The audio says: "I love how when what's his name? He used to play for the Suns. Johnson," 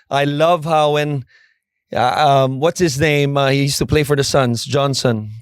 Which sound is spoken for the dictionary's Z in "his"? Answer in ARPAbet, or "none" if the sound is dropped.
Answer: Z